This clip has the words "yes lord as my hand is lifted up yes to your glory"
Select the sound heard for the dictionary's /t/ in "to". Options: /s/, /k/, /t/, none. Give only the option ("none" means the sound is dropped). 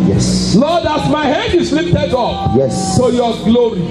/s/